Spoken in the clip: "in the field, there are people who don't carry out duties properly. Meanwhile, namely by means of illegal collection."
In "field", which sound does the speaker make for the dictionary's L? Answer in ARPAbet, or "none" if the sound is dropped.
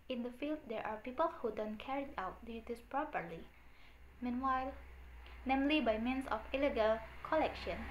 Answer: L